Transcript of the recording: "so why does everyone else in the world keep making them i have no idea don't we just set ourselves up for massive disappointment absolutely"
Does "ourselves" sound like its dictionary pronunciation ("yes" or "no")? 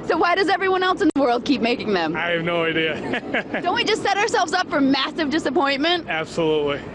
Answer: yes